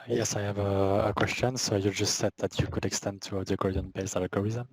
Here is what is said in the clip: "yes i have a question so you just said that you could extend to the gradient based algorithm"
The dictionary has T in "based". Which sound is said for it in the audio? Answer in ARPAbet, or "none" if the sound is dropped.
none